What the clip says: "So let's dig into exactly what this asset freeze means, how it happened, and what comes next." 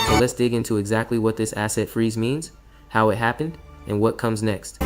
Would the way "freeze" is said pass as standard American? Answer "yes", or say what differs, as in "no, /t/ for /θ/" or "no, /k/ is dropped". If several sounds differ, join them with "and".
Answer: yes